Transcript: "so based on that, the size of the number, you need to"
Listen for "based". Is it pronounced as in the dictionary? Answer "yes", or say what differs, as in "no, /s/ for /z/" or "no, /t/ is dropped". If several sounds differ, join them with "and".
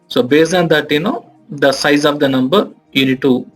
no, /t/ is dropped